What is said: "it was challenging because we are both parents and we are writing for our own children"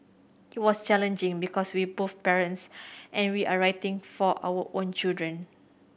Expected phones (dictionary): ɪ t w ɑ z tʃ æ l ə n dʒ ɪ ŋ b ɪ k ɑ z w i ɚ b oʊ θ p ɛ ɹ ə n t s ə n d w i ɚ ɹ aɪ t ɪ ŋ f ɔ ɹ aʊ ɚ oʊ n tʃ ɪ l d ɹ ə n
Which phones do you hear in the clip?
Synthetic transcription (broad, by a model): ɪ t w ɑ s tʃ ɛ l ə n dʒ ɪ ŋ b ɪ k ɑ s w i b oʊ f p ɛ ɹ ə n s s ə n w i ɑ ɹ aɪ t ɪ ŋ f ɔ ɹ aʊ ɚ oʊ n tʃ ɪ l d ɹ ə n